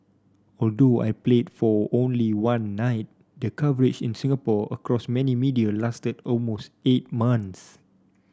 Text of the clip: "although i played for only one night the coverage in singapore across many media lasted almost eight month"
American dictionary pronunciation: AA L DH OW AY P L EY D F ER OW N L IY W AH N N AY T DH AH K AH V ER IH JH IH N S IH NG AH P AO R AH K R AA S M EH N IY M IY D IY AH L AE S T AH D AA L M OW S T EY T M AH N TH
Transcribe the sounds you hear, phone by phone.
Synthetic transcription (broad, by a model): AA L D OW AY P L EY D F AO OW N L IY W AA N N AY T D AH K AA V ER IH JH IH N S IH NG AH P AO AH K R AA S M EH N IY M IY D IY AH L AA S T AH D AA L M OW S T EY T M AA N S